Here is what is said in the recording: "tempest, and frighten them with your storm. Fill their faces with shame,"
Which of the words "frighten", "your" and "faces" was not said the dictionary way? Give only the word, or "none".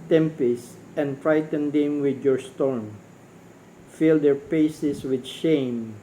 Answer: faces